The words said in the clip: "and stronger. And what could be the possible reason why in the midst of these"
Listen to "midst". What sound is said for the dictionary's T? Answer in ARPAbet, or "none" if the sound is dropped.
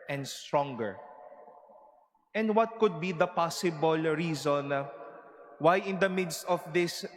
T